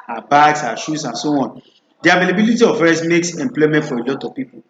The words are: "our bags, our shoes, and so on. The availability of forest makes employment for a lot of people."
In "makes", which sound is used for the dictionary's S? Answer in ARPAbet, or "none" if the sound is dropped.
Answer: S